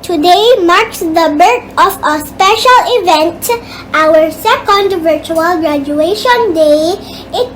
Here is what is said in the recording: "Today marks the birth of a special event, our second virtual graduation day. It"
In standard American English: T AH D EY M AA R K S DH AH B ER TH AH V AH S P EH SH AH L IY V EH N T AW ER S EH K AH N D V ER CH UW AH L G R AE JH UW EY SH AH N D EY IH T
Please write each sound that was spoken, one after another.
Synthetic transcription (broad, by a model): T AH D EY M AA R K S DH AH B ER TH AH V AH S P EH SH AH L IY V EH N T AW ER S EH K AH N D V ER CH UW AH L G R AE JH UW EY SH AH N D EY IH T